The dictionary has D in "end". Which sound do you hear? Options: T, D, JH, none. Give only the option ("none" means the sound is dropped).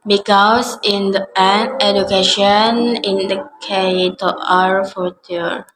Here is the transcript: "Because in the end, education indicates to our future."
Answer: none